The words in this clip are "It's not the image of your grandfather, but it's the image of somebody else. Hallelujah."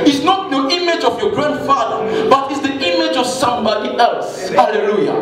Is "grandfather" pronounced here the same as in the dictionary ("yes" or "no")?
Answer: yes